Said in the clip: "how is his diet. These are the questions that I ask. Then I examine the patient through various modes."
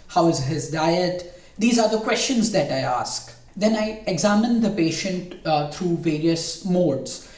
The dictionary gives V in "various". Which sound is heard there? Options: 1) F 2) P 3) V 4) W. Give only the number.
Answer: 3